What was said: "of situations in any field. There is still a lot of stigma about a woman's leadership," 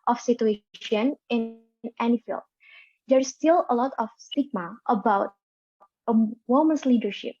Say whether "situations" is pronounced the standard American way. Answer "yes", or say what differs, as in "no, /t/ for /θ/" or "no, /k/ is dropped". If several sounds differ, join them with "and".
no, /z/ is dropped